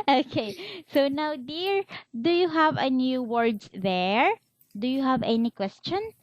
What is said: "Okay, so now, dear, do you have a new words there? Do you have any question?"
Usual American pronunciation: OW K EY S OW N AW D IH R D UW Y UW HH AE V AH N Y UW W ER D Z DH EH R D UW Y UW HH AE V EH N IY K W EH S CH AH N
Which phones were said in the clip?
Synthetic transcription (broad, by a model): OW K EY S OW N AW D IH R D UW Y UW HH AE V AH N Y UW W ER D S DH EH R D UW Y UW HH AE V EH N IY K W EH S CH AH N